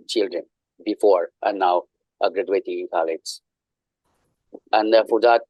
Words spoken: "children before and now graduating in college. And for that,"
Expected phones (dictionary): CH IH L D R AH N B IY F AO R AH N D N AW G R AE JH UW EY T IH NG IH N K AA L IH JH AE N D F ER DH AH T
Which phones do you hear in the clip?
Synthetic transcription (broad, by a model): CH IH L D R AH N B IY F AO R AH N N AW G R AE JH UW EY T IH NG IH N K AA L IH Z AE N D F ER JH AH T